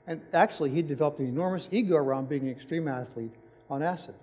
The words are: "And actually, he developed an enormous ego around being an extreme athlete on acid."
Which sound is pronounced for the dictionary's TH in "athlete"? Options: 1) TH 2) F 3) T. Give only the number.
1